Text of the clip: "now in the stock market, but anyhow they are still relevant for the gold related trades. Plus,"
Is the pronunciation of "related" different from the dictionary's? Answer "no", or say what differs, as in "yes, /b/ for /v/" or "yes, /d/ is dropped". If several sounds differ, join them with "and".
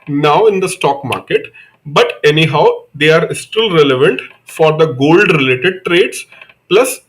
no